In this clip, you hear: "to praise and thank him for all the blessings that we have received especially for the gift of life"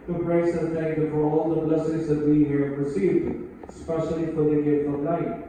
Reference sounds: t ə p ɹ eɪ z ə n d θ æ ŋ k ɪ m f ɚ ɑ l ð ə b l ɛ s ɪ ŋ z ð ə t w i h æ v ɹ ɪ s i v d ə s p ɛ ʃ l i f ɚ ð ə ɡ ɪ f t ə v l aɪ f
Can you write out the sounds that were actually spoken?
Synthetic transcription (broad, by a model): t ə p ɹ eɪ s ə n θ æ ŋ k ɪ f ɚ ɑ l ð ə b l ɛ s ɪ z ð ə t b i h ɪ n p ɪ s i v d s p ɛ ʃ l i f ɚ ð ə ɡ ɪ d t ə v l aɪ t